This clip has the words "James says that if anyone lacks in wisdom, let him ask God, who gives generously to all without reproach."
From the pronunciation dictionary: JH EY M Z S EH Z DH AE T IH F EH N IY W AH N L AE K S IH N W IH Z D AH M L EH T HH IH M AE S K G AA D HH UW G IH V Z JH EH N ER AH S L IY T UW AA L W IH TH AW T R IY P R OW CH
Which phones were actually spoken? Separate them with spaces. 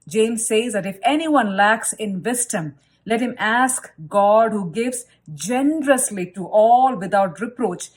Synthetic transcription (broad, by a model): JH EY M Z S EH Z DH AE T IH F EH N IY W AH N L AE K S IH N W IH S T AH M L EH T HH IH M AE S K G AA D HH UW G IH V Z JH EH N ER AH S L IY T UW AA L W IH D AW T R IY P R OW CH